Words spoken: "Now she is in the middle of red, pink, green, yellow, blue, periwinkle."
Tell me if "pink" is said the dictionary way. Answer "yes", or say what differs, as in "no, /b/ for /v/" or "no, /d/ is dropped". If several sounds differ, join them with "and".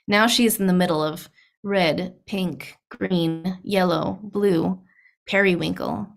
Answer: yes